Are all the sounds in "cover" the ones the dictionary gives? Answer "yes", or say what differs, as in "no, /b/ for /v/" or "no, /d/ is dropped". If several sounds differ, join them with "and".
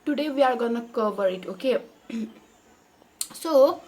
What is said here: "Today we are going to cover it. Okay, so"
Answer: no, /b/ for /v/